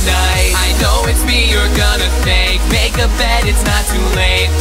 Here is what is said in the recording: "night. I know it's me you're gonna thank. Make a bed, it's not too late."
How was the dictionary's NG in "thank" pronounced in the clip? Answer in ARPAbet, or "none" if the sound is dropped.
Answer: none